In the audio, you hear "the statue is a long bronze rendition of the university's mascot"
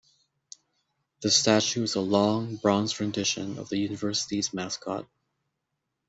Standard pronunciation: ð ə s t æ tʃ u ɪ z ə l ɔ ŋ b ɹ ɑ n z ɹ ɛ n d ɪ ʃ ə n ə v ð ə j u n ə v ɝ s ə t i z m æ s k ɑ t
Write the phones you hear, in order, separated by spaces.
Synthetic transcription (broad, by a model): ð ə s t æ tʃ u ɪ z ə l ɔ ŋ b ɹ ɑ n z ɹ ɛ n d ɪ ʃ ə n ə v ð ə j u n ə v ɝ s ə t i z m æ s k ɑ t